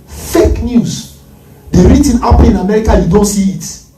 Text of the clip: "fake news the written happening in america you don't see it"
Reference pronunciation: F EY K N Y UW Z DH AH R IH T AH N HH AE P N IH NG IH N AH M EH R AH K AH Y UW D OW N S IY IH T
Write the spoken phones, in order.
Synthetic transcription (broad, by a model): F EY K N Y UW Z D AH R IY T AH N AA P L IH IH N AH M EH R AH K AH Y UW D OW N S IY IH T